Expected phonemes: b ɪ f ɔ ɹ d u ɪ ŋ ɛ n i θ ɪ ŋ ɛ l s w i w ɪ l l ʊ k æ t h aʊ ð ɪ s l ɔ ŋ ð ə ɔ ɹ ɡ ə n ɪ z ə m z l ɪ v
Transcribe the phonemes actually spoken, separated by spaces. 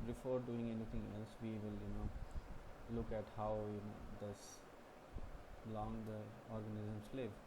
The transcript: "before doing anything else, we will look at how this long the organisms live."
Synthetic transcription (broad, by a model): b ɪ f ɔ ɹ d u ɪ ŋ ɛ n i t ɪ ŋ ɛ l s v i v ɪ l l ʊ k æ t h aʊ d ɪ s l ɔ ŋ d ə ɔ ɹ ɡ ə n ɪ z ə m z l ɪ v